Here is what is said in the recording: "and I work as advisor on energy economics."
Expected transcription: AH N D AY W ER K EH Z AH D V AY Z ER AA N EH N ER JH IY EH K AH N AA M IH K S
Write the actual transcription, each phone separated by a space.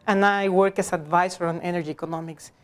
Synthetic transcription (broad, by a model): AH N AY W ER K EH S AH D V AY S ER AA N EH N ER JH IY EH K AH N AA M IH K S